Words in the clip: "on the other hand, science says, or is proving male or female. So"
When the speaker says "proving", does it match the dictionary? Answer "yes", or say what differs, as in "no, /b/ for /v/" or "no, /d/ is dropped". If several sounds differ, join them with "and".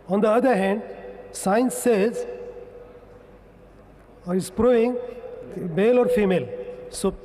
no, /v/ is dropped